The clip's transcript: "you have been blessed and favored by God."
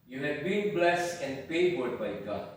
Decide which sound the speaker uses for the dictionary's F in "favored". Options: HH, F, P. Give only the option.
P